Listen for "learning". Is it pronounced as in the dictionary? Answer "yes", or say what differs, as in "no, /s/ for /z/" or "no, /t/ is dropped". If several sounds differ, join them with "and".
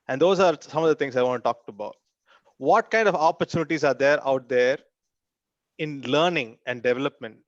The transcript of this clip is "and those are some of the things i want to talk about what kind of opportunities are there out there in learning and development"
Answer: yes